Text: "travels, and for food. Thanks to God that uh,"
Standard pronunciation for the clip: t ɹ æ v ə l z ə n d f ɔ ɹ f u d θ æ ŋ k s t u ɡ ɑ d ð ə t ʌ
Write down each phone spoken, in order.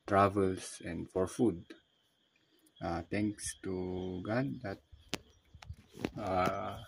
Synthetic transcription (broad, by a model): t ɹ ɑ v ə l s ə n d f ɔ ɹ f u d t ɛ ŋ k s t u ɡ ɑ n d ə t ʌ